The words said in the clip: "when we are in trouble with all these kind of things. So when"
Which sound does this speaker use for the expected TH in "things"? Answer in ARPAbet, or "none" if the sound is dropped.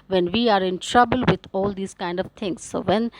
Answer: T